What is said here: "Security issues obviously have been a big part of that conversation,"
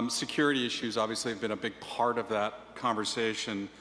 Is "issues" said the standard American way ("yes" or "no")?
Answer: yes